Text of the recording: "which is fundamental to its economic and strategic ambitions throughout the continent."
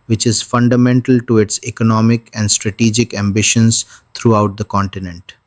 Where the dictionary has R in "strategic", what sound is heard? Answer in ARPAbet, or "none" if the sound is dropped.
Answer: R